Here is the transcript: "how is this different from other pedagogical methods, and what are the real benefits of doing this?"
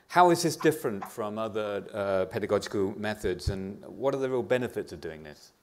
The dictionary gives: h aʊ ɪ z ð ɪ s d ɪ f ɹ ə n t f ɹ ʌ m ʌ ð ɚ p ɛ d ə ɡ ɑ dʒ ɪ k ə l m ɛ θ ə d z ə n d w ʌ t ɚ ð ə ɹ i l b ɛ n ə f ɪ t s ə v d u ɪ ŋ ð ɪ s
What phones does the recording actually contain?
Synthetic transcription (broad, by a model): h aʊ ɪ z ð ɪ s d ɪ f ɹ ə n t f ɹ ʌ m ʌ ð ɚ p ɛ d ə ɡ ɑ dʒ ɪ k ə l m ɛ θ ə d z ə n w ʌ t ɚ ð ə ɹ i l b ɛ n ə f ɪ t s ə v d u ɪ ŋ ð ɪ s